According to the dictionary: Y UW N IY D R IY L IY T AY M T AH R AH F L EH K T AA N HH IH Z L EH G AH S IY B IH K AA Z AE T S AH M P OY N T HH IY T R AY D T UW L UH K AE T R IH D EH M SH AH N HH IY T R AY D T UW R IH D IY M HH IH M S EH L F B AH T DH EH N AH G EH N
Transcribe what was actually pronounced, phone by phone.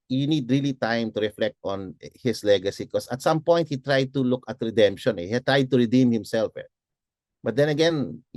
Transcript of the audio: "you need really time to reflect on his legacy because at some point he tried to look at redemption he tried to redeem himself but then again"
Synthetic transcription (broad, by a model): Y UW N IY D R IY L IY T AY M T AH R AH F L EH K T AA N HH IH S L EH G AH S IY K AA S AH T S AH M P OY N T HH IY T R AY D T UW L UH K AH T R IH D EH M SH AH N HH IY T R AY D T UW R IH D IY M HH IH M S EH L F B AH T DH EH N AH G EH N